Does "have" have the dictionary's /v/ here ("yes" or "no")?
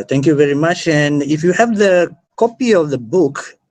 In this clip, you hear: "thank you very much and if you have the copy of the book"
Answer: yes